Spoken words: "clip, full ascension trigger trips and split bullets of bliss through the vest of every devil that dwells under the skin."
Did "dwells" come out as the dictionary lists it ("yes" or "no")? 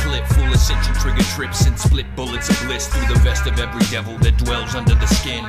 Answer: yes